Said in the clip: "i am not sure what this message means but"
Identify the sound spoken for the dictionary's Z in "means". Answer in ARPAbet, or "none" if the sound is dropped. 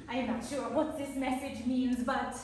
Z